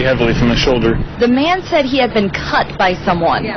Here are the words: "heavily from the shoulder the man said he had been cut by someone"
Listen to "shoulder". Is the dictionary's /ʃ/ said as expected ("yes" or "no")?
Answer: yes